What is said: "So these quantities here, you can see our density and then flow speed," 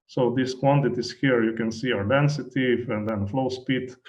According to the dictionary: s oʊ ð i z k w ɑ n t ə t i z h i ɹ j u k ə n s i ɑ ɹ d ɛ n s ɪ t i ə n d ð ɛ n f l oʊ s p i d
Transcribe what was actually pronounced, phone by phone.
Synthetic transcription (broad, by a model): s oʊ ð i s k w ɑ n t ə t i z h i ɹ j u k ə n s i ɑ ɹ d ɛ n s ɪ t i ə n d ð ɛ n f l oʊ s p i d